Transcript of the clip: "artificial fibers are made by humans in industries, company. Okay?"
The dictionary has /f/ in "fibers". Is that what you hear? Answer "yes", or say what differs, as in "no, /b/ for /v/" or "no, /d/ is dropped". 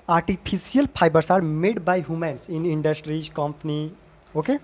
no, /p/ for /f/